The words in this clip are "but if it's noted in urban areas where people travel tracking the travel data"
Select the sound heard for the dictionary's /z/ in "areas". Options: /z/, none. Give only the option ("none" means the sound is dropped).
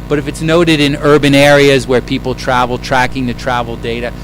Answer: /z/